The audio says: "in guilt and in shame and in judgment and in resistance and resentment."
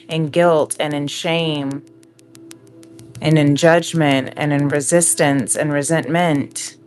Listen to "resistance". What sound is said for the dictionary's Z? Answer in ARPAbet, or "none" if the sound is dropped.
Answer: Z